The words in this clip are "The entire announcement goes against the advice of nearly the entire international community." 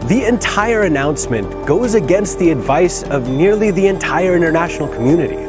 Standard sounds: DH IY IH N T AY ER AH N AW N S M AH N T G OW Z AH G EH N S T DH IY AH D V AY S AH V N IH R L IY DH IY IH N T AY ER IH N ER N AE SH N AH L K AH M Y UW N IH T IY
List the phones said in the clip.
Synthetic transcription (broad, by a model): DH IY IH N T AY ER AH N AW N S M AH N G OW Z AH G EH N S T DH IY AH D V AY S AH V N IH R L IY DH IY IH N T AY ER IH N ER N AE SH N L K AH M Y UW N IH T IY